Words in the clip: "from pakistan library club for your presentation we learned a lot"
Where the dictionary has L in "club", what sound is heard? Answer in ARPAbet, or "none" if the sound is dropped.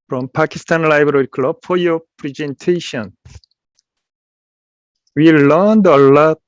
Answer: L